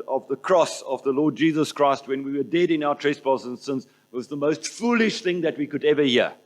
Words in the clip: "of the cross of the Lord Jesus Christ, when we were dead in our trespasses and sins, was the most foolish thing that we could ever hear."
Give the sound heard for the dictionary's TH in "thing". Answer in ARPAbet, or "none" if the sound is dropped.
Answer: TH